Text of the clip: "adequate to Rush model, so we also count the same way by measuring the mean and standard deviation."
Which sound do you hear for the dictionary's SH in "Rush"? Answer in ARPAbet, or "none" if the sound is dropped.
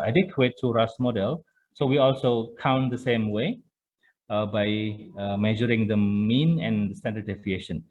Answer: S